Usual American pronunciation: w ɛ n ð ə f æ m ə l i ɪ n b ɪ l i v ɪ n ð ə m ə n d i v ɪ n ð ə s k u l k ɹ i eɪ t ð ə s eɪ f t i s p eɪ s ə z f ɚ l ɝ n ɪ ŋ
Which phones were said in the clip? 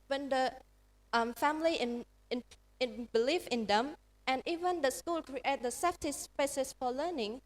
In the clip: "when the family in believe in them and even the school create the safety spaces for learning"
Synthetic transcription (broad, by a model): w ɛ n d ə f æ m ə n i ɪ n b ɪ l i f ɪ n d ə m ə n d i v ɪ n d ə s k u l k ɹ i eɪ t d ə s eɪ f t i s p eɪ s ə s f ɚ l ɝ n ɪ ŋ